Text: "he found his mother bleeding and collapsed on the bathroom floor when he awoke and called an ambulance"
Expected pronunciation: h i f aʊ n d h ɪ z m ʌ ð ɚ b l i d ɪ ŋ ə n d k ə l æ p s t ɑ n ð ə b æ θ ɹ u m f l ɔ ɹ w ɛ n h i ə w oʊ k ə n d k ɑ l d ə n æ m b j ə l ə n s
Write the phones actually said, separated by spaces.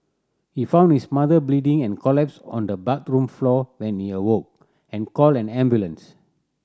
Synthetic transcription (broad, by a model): h i f aʊ n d h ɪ s m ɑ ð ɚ b l i d ɪ ŋ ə n k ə l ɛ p s ɑ n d ə b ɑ t ɹ u m f l ɔ w ɛ n h i ə w oʊ k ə n k ɑ l ə n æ m b j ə l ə n s